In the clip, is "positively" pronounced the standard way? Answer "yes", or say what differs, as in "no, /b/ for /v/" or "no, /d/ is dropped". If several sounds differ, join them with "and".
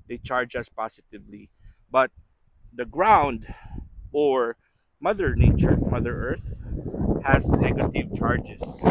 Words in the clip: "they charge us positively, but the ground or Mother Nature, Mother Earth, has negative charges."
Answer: no, /s/ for /z/